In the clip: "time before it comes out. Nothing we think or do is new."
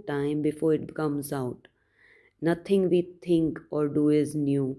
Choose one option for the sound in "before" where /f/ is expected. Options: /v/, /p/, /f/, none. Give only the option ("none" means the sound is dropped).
/f/